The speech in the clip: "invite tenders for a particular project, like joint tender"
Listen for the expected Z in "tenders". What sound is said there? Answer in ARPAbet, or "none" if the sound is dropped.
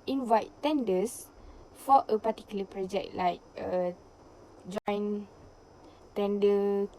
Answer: S